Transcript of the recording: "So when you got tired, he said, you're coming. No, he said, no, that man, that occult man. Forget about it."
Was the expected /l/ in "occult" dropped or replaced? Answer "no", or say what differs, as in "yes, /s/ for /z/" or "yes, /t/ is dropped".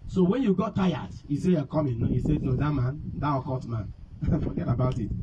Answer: yes, /l/ is dropped